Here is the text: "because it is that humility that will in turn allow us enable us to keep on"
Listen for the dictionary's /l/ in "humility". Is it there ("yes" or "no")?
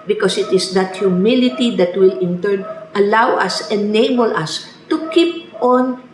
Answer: yes